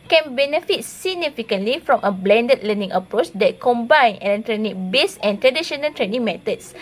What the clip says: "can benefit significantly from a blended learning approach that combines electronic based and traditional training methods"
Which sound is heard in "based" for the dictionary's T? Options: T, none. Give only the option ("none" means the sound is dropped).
none